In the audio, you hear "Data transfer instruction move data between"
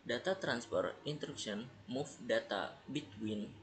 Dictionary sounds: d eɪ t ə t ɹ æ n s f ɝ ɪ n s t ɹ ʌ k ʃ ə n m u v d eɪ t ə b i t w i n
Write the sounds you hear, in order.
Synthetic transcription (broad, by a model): d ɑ t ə t ɹ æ n s p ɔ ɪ n t ɹ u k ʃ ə n m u f d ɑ t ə b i t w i n